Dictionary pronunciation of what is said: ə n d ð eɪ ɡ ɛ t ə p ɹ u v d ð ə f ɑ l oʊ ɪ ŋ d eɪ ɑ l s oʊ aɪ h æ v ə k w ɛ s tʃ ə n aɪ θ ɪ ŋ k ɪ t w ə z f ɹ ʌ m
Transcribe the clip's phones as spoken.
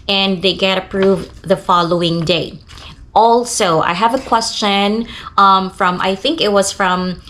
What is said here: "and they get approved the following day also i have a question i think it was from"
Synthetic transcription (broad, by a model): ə n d ð eɪ ɡ ɛ t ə p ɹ u v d ð ə f ɑ l oʊ ɪ ŋ d eɪ ɑ l s oʊ aɪ h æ v ə k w ɛ s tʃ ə n aɪ θ ɪ ŋ k ɪ t w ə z f ɹ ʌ m